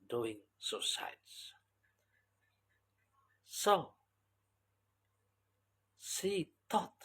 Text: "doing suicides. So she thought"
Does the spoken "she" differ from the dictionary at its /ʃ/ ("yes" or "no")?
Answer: yes